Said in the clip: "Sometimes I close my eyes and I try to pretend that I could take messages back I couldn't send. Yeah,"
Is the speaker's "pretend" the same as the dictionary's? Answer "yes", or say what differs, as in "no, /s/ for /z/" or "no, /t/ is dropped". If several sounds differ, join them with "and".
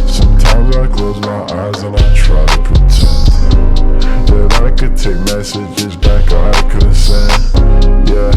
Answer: no, /ɹ/ is dropped